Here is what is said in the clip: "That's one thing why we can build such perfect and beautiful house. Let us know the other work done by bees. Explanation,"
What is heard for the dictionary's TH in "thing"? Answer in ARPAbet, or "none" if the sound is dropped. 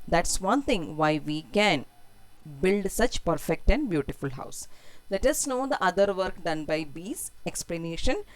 T